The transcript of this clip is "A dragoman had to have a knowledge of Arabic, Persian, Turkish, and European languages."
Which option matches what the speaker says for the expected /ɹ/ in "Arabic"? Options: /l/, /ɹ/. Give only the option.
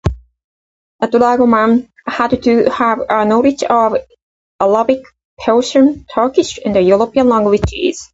/l/